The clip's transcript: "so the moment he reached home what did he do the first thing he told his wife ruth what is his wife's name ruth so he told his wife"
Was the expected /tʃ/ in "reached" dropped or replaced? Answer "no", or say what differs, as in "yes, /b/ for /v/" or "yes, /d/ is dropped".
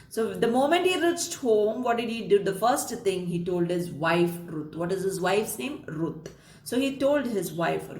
no